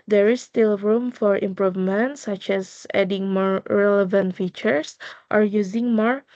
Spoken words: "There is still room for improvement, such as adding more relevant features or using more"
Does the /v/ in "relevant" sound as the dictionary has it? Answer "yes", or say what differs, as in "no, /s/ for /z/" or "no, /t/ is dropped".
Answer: yes